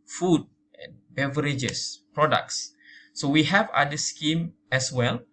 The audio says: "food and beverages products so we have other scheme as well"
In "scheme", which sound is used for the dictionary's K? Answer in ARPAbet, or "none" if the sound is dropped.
K